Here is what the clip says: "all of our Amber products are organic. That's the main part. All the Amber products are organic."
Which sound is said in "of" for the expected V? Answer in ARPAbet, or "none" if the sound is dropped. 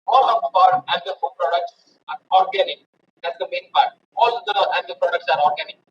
P